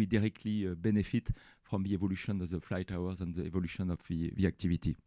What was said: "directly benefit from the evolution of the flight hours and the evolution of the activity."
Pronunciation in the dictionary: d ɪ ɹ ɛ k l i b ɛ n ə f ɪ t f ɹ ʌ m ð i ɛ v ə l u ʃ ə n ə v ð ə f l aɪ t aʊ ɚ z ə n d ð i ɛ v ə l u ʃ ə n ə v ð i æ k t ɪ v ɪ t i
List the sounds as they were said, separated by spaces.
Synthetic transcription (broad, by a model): d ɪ ɹ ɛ k l i b ɛ n ə f ɪ t f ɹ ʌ m ð i ɛ v ə l u ʃ ə n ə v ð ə f l aɪ t aʊ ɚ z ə n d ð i ɛ v ə l u ʃ ə n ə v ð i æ k t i v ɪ t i